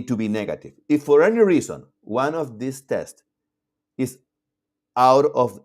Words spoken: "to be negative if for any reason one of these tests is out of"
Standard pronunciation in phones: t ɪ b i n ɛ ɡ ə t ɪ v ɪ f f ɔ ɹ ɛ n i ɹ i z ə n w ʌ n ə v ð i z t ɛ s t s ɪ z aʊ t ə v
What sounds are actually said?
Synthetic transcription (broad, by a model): t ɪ b i n ɛ ɡ ə t ɪ v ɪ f f ɔ ɹ ɛ n i ɹ i z ə n w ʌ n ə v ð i s t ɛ s t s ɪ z aʊ t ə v